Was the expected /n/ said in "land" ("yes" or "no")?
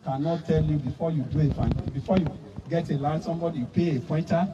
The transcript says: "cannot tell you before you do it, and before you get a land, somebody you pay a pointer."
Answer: no